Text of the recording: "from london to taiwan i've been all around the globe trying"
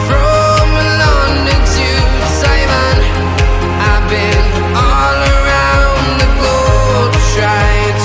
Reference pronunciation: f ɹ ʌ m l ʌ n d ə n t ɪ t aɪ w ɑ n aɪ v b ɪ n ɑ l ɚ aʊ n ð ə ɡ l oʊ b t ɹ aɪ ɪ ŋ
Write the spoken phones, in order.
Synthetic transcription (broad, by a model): f ɹ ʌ m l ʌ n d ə t ɪ s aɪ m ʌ n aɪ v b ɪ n ɑ l ɚ aʊ n ð ə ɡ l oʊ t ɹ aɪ ɪ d